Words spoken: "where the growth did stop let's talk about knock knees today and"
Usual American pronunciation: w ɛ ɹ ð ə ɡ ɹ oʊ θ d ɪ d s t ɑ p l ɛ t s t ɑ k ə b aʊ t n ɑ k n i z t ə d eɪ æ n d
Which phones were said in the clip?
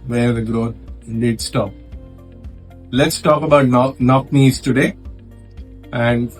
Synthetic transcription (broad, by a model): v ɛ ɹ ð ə ɡ ɹ oʊ t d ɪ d s t ɑ p l ɛ t s t ɑ k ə b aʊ t n ɑ k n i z t ə d eɪ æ n d